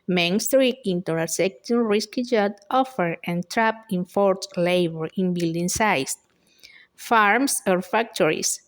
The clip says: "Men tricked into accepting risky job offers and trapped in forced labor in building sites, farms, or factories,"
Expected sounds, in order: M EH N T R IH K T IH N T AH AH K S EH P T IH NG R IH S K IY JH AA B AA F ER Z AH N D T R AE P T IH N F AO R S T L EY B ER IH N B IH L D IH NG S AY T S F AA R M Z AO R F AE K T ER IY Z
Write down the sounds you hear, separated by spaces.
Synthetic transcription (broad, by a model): M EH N T R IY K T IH N T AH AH S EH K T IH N R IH S K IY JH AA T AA F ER AH N T R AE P IH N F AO R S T L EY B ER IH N B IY L D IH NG S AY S F AA R M S AO R F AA K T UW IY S